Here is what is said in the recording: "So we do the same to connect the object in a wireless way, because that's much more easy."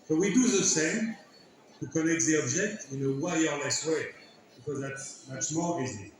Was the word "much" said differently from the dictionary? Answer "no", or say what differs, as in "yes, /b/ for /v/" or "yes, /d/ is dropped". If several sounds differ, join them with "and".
yes, /s/ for /tʃ/